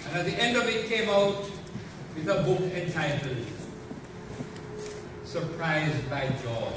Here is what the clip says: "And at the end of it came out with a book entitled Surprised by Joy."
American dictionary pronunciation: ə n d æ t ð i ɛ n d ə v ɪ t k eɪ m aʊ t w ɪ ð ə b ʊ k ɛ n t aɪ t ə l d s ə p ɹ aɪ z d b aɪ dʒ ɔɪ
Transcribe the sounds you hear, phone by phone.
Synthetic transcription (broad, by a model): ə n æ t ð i ɛ n d ə v ɪ t k eɪ m aʊ t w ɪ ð ə b ʊ k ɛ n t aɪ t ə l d s ə p ɹ aɪ z d b aɪ dʒ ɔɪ